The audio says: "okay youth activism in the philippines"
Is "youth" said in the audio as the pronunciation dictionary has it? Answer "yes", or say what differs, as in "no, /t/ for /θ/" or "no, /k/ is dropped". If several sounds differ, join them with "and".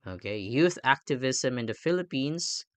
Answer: yes